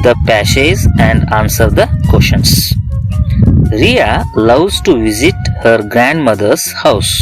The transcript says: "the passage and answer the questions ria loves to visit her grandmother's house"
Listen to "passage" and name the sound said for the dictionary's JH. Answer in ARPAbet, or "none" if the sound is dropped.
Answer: Z